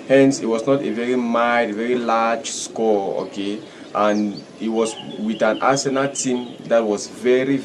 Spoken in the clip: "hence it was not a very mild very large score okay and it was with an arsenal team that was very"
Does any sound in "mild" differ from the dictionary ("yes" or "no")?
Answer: yes